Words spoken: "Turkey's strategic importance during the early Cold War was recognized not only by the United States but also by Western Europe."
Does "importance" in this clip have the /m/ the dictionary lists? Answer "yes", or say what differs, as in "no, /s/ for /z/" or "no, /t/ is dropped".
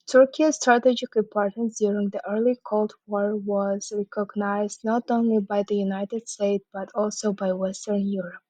no, /m/ is dropped